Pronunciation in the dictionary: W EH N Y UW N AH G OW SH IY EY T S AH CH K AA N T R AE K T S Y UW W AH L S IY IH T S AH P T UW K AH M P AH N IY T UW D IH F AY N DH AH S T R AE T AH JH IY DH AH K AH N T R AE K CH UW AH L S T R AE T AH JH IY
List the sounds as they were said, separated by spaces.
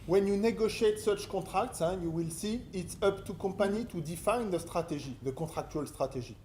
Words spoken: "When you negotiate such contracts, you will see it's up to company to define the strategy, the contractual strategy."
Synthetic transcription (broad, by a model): W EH N Y UW N AH G OW SH IY EY T S AH CH K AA T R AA K T S Y UW W AH L S IY IH T S AH P T UW K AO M P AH N IY T UW D IH F AY N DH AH S T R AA T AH ZH IY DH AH K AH T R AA K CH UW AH L S T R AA T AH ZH IY